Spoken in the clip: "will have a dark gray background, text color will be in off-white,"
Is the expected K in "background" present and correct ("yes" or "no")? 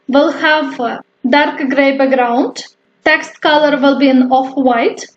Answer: no